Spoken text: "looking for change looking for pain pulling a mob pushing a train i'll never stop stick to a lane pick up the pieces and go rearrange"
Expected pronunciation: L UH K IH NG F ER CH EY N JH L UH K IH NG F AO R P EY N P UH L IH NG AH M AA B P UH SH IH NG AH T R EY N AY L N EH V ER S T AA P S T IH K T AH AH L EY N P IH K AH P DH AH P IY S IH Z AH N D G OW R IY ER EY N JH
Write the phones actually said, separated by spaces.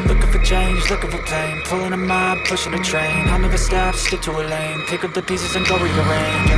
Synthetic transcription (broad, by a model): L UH K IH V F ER CH EY N JH L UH K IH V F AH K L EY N P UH L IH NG AH M AA B P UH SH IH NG AH T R EY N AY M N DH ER S T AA F S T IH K T AH AH L EY N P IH K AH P DH AH P IY S IH Z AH N G OW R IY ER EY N